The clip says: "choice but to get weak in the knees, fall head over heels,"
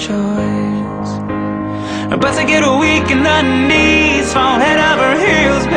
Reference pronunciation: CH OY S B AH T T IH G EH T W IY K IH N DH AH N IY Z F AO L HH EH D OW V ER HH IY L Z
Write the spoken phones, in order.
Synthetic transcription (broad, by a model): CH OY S B AH T S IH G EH T W IY K IH N DH AH N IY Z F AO N HH EH D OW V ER HH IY L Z